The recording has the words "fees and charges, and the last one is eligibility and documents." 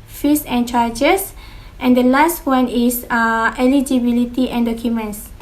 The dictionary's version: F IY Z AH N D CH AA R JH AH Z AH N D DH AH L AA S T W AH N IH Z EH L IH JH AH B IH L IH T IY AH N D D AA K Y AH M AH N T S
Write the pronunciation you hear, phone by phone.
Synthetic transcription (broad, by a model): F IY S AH N CH AA JH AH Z AH N D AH L AA S T W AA N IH S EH L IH JH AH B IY L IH T IY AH N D D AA K Y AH M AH N S